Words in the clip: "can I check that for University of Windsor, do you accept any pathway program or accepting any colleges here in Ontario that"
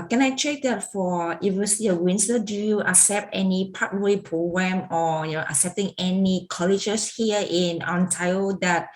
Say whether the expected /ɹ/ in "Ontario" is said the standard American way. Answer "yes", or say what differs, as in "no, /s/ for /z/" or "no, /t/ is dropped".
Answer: no, /ɹ/ is dropped